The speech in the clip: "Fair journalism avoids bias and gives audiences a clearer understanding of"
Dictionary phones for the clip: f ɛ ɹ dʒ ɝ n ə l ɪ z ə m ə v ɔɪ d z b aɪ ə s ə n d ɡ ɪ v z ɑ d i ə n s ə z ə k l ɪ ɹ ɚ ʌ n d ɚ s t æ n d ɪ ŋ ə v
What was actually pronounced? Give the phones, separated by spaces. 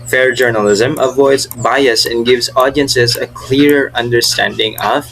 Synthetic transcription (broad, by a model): f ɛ ɹ dʒ ɝ n ə l ɪ z ə m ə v ɔɪ d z b aɪ ə s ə n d ɡ ɪ v z ɑ d i ə n s ə z ə k l ɪ ɹ ɚ ʌ n d ɚ s t æ n d ɪ ŋ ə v